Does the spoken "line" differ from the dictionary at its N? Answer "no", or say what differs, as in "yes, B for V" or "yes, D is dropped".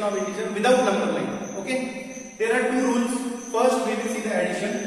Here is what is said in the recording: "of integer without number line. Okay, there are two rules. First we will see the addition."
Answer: yes, N is dropped